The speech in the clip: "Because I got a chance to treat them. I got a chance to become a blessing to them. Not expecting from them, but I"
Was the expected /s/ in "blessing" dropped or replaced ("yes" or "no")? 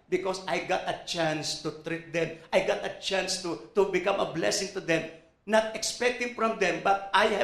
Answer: no